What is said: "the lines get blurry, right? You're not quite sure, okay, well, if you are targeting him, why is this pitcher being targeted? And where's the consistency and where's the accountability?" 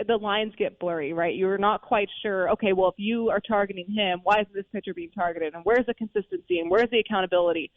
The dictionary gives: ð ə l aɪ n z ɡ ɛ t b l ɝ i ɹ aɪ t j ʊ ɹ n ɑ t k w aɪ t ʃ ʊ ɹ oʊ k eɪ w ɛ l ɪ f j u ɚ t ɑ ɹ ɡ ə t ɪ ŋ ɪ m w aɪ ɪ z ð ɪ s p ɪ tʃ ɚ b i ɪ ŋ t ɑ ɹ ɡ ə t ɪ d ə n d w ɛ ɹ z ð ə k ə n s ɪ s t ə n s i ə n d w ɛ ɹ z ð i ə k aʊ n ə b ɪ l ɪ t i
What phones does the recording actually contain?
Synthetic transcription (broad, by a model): ð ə l aɪ n z ɡ ɛ t b l ɝ i ɹ aɪ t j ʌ ɹ n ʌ t k w aɪ t ʃ ʊ ɹ oʊ k eɪ w ɛ l ɪ f j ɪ ɚ t ɑ ɹ ɡ ə t ɪ ŋ ɪ m w aɪ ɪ z ð ɪ s p ɪ tʃ ɚ b i ɪ ŋ t ɑ ɹ ɡ ə t ɪ d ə n w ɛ ɹ z ð ə k ə n s ɪ s t ə n s i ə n w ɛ ɹ z ð i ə k aʊ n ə b ɪ l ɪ t i